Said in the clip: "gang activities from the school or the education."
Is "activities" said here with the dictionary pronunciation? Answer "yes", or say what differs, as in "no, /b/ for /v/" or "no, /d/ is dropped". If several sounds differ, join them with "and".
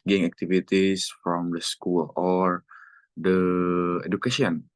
no, /s/ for /z/